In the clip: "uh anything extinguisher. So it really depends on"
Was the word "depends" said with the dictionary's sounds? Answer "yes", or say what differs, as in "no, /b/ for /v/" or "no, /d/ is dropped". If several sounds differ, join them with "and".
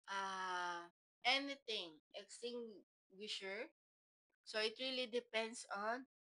no, /s/ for /z/